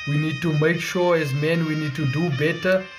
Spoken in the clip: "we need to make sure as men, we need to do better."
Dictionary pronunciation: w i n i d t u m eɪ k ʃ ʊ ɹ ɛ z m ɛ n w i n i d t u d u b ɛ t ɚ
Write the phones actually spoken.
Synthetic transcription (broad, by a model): w i n i d t u m eɪ k ʃ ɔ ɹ ɛ z m ɛ n w i n i d t u d u b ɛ t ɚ